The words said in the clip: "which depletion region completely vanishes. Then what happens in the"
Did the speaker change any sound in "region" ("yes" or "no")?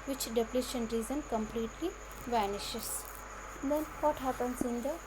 yes